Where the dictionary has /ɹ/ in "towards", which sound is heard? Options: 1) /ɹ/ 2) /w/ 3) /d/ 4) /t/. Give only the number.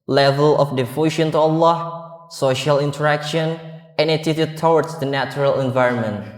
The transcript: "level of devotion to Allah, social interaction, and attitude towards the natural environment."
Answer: 2